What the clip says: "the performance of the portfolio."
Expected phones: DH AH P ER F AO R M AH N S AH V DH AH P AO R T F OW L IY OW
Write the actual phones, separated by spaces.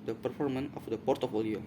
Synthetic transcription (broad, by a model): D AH P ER F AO R M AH N AH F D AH P AO R T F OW L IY OW